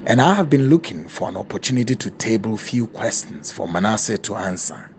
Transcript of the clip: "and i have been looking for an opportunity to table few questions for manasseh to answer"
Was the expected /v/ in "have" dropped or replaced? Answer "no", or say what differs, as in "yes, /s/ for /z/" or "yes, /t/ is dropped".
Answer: no